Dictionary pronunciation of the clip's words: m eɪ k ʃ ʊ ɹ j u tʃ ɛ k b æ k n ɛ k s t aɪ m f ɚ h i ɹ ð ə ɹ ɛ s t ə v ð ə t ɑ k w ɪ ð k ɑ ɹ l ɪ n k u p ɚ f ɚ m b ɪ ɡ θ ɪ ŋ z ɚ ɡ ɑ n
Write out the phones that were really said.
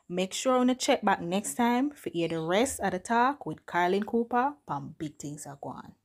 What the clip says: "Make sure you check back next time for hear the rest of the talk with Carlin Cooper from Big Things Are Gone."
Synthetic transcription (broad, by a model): m eɪ k ʃ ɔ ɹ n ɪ tʃ ɛ k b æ k n ɛ k s t aɪ m f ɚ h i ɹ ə ɹ ɛ s t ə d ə t ɑ k w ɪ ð k ɑ ɹ l ɪ n k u p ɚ p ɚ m b ɪ ɡ t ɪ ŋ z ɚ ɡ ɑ n